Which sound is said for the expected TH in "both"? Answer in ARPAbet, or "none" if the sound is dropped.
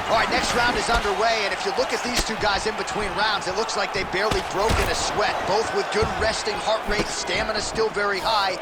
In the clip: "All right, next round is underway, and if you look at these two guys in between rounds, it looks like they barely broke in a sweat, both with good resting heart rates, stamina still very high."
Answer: TH